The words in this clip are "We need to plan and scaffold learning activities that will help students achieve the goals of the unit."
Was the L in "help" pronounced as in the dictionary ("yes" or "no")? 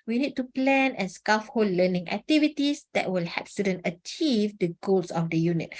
no